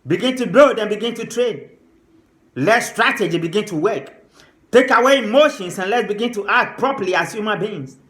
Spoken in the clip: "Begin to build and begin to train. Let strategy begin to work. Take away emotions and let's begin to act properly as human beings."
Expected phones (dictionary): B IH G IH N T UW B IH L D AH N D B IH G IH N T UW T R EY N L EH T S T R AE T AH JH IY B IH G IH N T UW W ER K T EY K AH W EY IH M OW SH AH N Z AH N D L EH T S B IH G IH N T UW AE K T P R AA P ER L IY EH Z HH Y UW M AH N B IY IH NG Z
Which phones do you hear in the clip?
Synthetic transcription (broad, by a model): B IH G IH N T UW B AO D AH N B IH G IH N T UW T R EY N L EH T S T R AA T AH JH IY B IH G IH N T UW W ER K T EY K AH W EY M OW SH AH N S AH N L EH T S B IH G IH N T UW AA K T P R AA P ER L IY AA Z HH Y UW M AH N B IY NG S